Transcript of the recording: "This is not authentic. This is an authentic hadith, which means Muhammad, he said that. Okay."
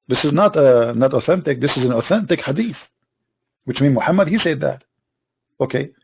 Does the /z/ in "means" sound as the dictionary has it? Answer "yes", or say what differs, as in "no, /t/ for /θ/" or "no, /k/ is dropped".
no, /z/ is dropped